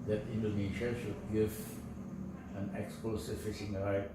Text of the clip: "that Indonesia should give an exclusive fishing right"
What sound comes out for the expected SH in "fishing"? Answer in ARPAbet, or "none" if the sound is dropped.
S